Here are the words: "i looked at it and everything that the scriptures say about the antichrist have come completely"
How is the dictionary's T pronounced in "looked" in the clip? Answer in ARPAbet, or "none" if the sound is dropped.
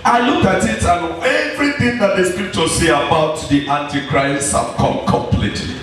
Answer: none